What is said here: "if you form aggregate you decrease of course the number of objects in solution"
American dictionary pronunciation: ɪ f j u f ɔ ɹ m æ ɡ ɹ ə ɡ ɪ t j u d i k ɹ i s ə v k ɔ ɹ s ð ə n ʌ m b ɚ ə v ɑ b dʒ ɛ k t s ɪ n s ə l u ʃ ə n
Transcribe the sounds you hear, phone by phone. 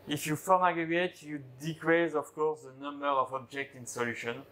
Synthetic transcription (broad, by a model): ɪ f j u f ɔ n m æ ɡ ə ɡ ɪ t j u d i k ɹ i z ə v k ɔ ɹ s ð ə n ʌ m b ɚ ə v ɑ b dʒ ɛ k t ɪ n s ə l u ʃ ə n